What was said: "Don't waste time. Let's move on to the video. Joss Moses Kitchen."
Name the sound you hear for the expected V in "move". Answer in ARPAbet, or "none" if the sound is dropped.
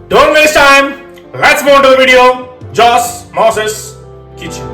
none